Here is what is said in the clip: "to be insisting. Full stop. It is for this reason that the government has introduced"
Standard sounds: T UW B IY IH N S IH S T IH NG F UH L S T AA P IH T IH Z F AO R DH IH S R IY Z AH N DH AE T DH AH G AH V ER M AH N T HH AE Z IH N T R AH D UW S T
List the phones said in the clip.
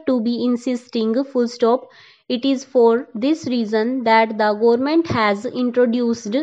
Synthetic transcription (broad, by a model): T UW B IY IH N S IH S T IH NG F UH L S T AA P IH T IH Z F AO R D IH S R IY Z AH N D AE T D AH G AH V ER M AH N T HH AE Z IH N T R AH D UW S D